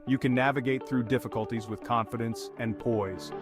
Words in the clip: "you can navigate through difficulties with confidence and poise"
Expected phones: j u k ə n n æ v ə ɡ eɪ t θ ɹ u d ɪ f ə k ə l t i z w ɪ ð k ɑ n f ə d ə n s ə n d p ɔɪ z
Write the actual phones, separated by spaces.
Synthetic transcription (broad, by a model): j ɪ k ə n n æ v ə ɡ eɪ t θ ɹ u d ɪ f ə k ə l t i z w ɪ ð k ɑ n f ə d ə n s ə n p ɔɪ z